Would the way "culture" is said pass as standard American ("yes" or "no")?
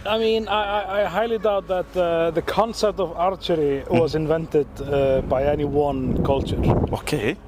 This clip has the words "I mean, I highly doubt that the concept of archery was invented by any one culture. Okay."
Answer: yes